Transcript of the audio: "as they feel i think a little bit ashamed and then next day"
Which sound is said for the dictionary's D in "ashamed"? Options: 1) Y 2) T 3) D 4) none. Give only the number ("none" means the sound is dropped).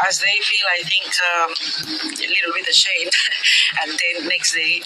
4